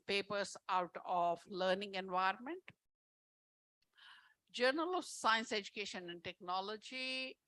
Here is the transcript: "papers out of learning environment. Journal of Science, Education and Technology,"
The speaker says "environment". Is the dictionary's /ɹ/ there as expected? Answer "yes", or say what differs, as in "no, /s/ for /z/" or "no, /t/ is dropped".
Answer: yes